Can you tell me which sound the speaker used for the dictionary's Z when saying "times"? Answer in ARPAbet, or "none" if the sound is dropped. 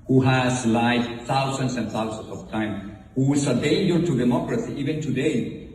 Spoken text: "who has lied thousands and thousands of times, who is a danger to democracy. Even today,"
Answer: none